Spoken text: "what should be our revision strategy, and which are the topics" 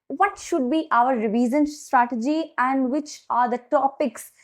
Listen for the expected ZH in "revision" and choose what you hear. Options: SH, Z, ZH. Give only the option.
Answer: Z